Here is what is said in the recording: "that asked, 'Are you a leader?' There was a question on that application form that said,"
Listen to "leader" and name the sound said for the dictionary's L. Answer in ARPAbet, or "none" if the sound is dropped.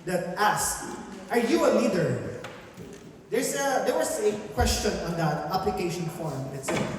N